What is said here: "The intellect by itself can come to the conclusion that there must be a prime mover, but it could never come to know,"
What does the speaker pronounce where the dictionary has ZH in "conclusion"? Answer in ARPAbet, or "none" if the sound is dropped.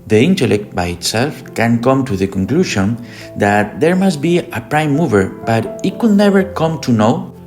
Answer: SH